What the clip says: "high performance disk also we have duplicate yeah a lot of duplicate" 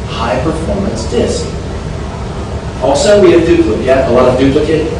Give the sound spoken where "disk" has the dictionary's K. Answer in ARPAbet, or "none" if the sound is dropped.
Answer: K